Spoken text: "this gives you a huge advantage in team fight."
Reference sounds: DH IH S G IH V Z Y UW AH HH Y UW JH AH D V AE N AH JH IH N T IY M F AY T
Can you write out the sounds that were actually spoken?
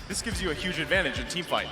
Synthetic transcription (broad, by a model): DH IH S G IH V Z Y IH AH HH Y UW JH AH D V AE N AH JH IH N T IY M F AY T